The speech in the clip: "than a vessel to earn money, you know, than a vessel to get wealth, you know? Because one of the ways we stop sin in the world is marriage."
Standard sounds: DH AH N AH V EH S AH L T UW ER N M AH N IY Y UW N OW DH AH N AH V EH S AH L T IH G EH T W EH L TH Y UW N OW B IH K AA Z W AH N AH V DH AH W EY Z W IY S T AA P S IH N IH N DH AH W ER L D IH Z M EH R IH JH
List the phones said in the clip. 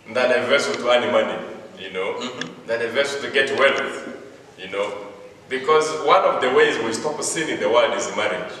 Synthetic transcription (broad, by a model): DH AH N AH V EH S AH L T UW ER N M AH N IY Y UW N OW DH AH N AH V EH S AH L T IH G EH T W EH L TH Y UW N OW B IH K AA Z W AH N AH V DH AH W EY Z W IY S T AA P S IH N IH N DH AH W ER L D IH Z M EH R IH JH